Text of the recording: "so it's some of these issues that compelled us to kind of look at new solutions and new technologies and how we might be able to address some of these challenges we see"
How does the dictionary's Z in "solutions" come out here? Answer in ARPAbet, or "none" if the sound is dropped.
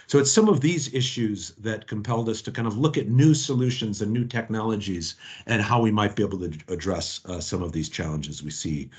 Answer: Z